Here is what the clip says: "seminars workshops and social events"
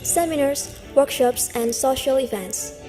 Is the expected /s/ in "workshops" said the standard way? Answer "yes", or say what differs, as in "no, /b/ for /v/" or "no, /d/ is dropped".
yes